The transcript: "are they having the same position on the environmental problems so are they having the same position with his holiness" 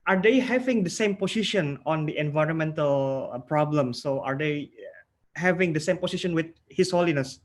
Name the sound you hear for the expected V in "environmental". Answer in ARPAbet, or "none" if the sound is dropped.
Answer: V